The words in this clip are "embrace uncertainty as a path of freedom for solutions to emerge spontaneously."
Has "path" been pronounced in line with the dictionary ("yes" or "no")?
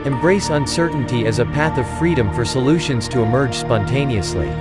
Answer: yes